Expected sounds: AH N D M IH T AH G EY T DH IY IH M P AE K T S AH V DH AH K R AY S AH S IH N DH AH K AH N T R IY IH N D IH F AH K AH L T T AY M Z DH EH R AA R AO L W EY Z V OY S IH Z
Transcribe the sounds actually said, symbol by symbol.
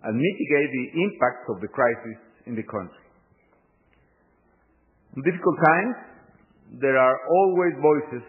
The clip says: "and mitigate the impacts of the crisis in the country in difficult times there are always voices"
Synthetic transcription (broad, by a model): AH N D M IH T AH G EY T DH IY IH M P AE K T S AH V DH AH K R AY S AH S IH N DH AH K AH N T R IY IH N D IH F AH K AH L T T AY M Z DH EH R AA R AO L W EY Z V OY S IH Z